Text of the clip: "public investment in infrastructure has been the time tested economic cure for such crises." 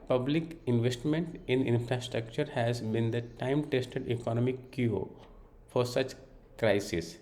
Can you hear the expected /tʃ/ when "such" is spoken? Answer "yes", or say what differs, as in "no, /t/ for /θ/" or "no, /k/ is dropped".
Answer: yes